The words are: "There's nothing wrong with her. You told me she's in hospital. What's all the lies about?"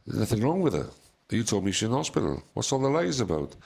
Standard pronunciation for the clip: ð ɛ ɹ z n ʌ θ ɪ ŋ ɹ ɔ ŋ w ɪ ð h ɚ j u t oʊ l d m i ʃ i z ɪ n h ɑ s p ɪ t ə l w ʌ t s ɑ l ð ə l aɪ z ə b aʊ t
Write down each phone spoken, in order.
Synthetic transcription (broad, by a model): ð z n ʌ θ ɪ ŋ ɹ ɔ ŋ w ɪ ð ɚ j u t oʊ l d m i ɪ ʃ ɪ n h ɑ s p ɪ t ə l w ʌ t s ɑ l ð ə l aɪ z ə b aʊ t